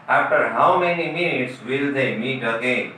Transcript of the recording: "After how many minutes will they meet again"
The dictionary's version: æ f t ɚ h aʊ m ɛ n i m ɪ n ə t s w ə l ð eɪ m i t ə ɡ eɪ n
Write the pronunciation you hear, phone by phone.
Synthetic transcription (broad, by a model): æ f t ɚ h aʊ m ɛ n i m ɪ n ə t s w ə l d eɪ m i t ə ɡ eɪ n